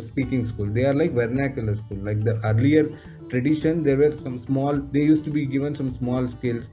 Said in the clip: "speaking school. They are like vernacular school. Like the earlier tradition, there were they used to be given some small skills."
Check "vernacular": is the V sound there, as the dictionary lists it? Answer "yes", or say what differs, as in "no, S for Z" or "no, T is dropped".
yes